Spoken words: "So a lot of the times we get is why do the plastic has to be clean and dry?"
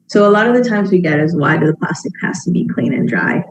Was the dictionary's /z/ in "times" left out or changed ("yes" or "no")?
no